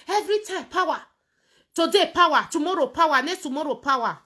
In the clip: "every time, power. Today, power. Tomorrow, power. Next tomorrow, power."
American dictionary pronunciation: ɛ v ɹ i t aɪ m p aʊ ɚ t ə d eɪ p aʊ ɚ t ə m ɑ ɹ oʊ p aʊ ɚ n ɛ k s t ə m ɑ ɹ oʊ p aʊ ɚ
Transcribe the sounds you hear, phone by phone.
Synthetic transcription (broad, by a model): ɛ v ɹ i t aɪ m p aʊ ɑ t ə d eɪ p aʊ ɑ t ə m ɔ ɹ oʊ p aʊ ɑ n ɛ s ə m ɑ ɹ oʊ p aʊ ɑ